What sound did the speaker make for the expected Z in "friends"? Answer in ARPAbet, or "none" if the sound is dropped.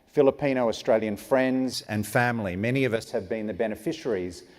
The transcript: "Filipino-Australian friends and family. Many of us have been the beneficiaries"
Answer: Z